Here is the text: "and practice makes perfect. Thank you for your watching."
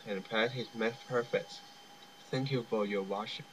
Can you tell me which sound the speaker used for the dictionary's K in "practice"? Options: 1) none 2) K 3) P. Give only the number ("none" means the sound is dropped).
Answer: 1